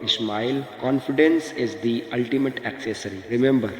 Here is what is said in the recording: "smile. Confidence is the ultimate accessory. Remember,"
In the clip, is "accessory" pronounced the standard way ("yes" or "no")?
yes